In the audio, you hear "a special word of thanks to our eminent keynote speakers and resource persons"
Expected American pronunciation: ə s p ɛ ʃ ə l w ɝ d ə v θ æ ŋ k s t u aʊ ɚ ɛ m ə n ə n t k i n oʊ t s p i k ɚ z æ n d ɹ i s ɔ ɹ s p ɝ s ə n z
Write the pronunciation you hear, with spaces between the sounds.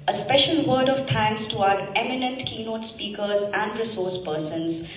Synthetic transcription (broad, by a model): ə s p ɛ ʃ ə l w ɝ d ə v t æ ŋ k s t u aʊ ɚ ɛ m ə n ə n t k i n oʊ t s p i k ɚ z æ n d ɹ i s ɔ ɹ s p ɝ s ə n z